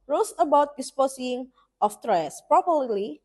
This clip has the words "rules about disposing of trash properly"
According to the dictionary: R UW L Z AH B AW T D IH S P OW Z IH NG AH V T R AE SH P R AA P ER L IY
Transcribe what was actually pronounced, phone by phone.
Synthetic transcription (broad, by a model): R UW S AH B AW T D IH S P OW S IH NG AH F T R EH S P R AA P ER L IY